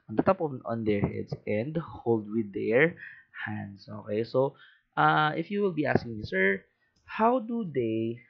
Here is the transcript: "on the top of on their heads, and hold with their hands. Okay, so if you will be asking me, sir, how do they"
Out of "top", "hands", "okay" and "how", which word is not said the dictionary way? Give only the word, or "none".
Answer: hands